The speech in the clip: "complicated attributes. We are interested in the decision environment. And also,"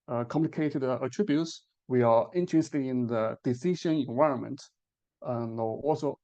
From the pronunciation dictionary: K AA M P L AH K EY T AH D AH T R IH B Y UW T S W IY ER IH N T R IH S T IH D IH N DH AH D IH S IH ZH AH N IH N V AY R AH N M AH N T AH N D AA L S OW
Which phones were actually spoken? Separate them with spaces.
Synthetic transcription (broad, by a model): K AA M P L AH K EY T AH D AH T R IH B Y UW T S W IY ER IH N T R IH S T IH IH N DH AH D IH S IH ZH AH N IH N V AY R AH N M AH N T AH N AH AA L S OW